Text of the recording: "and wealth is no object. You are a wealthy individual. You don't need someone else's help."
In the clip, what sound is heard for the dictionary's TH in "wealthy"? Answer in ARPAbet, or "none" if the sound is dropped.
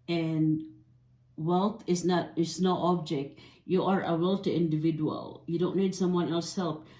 T